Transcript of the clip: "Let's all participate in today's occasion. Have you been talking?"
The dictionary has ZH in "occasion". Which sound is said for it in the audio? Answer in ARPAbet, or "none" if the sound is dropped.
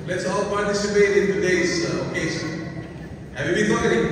S